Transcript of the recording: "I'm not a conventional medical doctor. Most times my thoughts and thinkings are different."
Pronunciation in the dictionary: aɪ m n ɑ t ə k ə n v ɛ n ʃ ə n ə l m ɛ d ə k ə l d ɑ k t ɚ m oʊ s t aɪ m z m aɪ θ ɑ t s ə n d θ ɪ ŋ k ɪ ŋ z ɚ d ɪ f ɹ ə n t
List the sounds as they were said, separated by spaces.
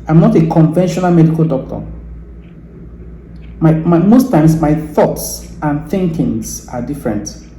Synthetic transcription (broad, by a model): aɪ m n ɑ t ə k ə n v ɛ n ʃ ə n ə l m ɛ d ə k ə l d ɑ k t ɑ m oʊ s t aɪ m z m aɪ θ ɑ t s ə n θ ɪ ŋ k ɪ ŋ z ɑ d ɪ f ɹ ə n t